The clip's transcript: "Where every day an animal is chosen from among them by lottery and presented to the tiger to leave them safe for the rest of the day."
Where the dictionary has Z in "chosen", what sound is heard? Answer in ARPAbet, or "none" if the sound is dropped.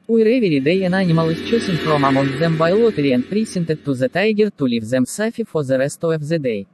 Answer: S